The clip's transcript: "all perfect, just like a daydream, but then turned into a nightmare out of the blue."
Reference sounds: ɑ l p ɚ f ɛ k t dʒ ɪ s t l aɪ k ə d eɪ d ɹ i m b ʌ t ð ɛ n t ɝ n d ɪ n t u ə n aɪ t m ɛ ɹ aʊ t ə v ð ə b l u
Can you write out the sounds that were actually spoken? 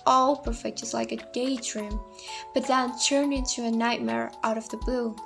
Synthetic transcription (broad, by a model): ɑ l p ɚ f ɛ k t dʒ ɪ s l aɪ k ə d eɪ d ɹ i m b ʌ t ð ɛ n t ɝ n ɪ n t u ə n aɪ t m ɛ ɹ aʊ t ə v ð ə b l u